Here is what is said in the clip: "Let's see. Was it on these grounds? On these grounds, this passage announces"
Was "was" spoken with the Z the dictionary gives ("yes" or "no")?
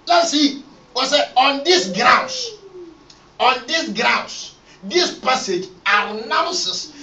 no